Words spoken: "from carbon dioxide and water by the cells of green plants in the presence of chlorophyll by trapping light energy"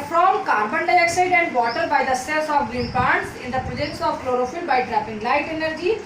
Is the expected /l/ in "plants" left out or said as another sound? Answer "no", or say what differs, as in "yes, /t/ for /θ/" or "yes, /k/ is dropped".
yes, /l/ is dropped